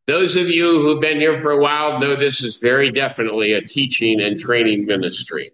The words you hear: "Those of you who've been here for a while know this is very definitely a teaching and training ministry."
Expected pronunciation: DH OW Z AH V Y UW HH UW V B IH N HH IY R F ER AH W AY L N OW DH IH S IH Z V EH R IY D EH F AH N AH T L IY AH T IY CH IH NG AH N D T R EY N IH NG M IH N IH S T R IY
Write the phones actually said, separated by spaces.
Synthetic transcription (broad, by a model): DH OW Z AH V Y UW HH UW V B IH N HH IY R F ER AH W AY L N OW DH IH S IH Z V EH R IY D EH F AH N AH T L IY AH T IY CH IH NG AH N T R EY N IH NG M IH N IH S T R IY